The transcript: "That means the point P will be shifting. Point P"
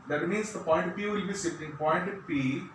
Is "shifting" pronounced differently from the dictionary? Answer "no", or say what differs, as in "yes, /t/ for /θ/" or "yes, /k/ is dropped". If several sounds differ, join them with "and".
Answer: yes, /s/ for /ʃ/